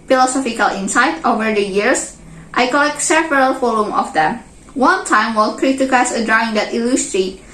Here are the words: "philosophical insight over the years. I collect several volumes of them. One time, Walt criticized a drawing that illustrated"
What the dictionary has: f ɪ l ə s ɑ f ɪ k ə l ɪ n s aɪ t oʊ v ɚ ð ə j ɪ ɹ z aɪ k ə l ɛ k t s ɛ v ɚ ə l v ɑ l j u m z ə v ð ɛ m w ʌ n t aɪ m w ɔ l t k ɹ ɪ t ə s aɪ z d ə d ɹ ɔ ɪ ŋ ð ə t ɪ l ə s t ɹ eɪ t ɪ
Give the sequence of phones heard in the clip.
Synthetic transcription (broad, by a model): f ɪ l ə s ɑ f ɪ k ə l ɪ n s aɪ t oʊ v ɚ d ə j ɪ ɹ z aɪ k ə l ɛ k t s ɛ v ɚ ə l f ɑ l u m ə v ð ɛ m w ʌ n t aɪ m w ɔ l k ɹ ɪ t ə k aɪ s ə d ɹ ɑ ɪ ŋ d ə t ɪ l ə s t ɹ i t